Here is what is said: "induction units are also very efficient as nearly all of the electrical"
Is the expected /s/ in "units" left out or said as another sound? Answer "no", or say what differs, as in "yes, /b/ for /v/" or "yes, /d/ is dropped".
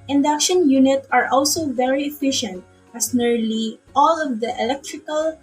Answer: yes, /s/ is dropped